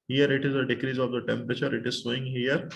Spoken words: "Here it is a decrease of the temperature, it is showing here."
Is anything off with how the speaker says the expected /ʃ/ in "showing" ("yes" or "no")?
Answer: yes